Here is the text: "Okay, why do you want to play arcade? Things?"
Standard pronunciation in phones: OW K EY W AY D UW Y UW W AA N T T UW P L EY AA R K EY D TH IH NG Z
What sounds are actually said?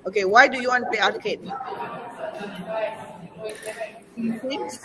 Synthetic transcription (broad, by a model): OW K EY W AY D UW Y UW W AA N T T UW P EY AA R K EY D